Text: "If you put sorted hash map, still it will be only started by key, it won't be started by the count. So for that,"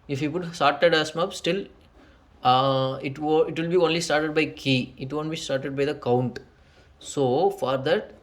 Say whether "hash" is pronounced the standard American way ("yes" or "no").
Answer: no